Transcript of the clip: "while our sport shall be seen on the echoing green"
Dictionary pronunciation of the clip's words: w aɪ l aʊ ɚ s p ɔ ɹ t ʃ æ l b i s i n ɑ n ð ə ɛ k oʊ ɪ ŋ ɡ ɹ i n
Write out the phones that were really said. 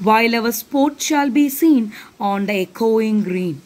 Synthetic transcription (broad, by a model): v aɪ l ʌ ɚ s p ɔ ɹ t ʃ æ l b i s i n ɑ n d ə ɛ k oʊ ɪ ŋ ɡ ɹ i n